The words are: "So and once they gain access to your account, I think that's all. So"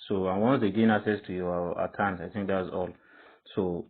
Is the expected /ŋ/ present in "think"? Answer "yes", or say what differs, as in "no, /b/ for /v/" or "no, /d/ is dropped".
yes